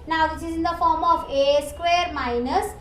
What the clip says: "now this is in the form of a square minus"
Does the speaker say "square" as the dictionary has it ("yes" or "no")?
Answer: yes